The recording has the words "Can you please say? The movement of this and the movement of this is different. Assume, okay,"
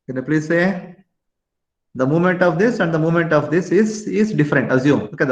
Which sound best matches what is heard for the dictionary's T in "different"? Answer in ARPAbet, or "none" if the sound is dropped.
T